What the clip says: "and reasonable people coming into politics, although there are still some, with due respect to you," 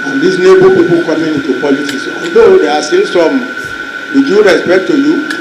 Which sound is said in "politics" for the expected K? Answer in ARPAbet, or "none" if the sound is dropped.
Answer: none